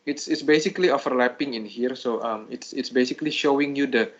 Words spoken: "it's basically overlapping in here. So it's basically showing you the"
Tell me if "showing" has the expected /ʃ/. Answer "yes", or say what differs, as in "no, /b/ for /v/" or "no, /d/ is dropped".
yes